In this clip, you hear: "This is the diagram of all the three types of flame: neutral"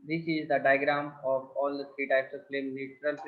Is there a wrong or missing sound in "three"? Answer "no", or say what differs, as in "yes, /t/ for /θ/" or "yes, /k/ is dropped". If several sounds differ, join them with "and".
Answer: yes, /s/ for /θ/